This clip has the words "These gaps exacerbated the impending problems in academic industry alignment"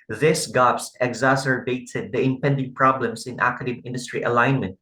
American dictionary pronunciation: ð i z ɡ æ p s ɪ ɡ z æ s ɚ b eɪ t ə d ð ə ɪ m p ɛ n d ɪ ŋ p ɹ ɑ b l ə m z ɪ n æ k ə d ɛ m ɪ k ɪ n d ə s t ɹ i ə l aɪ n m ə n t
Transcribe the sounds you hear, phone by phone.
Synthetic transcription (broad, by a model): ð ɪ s ɡ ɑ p s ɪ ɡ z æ s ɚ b eɪ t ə d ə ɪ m p ɛ n d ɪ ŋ p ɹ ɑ b l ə m s ɪ n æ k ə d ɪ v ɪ n d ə s t ɹ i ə l aɪ n m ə n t